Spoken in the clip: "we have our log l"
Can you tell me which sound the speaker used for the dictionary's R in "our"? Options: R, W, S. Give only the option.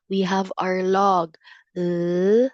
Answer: R